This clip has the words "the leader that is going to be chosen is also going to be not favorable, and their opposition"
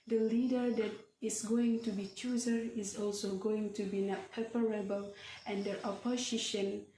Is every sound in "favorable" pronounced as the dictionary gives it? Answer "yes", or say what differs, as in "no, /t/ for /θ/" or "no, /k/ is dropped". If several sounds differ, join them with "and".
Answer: no, /p/ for /v/